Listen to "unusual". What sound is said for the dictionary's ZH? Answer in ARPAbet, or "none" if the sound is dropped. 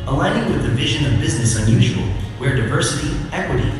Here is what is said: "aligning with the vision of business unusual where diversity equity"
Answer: ZH